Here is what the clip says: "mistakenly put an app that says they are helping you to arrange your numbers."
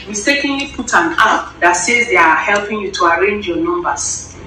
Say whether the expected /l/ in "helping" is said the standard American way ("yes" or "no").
yes